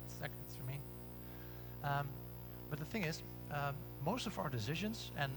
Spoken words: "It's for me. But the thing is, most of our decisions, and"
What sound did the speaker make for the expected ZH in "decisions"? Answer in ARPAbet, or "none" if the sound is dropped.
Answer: ZH